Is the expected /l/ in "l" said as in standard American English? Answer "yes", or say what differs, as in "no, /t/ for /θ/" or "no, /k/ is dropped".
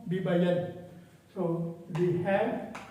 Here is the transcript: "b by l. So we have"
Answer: no, /n/ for /l/